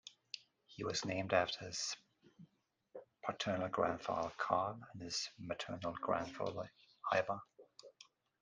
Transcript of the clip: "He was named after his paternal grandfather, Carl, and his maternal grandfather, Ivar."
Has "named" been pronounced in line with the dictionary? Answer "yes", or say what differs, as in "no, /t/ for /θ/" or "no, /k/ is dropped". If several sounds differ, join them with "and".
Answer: yes